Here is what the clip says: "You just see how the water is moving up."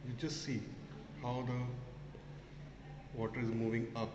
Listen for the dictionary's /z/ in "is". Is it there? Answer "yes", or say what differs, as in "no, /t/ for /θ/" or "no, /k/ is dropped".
yes